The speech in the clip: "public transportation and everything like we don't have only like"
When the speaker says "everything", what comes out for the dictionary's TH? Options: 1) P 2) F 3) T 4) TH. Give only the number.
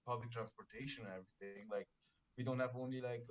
3